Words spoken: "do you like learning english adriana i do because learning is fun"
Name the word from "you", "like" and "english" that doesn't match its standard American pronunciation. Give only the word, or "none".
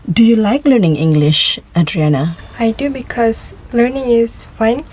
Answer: none